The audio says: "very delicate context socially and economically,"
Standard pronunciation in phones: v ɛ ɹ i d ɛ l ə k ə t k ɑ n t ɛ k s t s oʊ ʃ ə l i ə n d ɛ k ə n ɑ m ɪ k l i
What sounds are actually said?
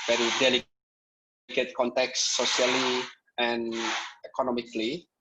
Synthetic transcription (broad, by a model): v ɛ ɹ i d ɛ l ə k ə t k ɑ n t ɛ k s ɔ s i ə l i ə n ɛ k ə n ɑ m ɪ k l i